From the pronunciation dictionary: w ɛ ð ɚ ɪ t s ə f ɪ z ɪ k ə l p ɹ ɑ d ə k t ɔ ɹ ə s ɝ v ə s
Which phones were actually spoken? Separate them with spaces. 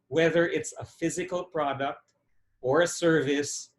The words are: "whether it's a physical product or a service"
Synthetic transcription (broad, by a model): w ɛ ð ɚ ɪ t s ə f ɪ z ɪ k ə l p ɹ ɑ d ə k t ɔ ɹ ə s ɝ v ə s